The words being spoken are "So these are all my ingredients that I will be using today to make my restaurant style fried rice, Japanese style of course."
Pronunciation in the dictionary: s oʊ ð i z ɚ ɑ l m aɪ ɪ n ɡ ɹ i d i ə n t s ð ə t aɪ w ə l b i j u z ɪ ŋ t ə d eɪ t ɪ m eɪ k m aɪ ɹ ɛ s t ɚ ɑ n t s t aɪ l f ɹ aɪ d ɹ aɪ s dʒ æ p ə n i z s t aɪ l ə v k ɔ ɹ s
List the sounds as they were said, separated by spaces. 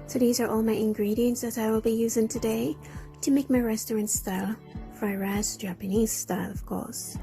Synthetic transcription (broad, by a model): s oʊ ð i z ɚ ɑ l m aɪ ɪ n ɡ ɹ i d i ə n t s ð ə t aɪ w ə l b i j u z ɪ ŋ t ə d eɪ t ɪ m eɪ k m aɪ ɹ ɛ s t ɚ ɑ n t s t aɪ l f ɹ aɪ ɹ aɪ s dʒ æ p ə n i z s t aɪ l ə v k ɔ ɹ s